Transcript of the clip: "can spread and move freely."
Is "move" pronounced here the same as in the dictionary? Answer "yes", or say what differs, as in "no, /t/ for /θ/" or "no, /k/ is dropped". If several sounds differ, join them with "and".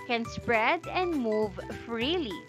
yes